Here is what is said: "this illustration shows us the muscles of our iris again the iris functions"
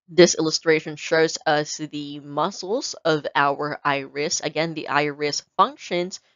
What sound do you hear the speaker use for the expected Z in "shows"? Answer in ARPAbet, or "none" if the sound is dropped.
Z